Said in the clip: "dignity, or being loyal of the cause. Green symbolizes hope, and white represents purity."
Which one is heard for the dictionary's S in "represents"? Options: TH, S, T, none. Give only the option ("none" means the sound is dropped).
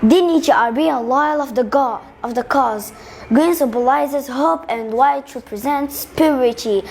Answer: S